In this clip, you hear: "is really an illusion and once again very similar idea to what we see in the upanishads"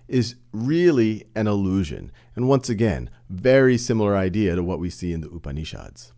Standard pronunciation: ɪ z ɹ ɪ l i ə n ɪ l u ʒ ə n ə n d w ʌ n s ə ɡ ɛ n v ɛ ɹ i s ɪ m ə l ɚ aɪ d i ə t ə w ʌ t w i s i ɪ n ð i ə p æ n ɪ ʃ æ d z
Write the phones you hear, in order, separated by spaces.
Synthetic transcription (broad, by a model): ɪ z ɹ ɪ l i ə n ɪ l u ʒ ə n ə n w ʌ n s ə ɡ ɛ n v ɛ ɹ i s ɪ m l ɚ aɪ d i ə t ə w ʌ t w i s i ɪ n ð i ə p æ n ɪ ʃ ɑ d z